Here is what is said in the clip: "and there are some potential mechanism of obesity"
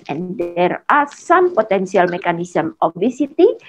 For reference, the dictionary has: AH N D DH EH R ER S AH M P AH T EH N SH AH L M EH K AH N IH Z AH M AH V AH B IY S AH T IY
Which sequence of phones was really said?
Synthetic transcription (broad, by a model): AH N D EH R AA S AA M P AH T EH N S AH L M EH K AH N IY S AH M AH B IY S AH T IY